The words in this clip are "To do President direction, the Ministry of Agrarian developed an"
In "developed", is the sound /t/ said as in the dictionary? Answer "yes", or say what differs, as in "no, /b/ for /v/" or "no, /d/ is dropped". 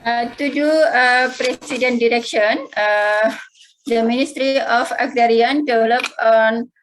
no, /t/ is dropped